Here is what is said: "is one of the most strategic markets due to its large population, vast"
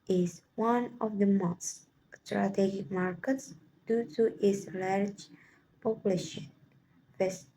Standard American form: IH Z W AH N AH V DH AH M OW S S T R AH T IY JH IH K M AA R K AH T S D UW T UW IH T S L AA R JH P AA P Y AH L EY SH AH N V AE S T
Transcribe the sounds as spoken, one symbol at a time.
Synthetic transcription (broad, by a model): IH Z W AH N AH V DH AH M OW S S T R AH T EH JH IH K M AA R K AH T S D UW T UW T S L AA R JH P AA P Y AH L EY SH AH N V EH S